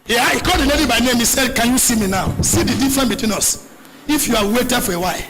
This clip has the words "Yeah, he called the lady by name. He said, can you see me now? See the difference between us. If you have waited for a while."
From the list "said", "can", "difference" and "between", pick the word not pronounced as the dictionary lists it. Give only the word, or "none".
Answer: difference